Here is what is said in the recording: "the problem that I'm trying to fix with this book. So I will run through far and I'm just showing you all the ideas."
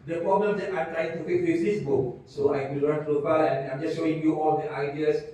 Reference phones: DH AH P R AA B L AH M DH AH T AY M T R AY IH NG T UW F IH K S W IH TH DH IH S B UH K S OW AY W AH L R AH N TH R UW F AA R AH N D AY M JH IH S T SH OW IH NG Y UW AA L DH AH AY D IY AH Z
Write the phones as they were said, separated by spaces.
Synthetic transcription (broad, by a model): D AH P R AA B L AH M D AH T AY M T R AY IH NG T UW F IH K W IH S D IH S B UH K S OW AY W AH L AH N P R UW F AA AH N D AY M JH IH S SH OW IH NG Y UW AA L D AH AY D IY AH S